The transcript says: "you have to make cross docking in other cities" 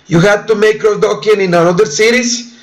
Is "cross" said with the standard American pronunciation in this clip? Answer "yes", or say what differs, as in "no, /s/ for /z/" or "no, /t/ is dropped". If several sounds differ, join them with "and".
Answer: no, /s/ is dropped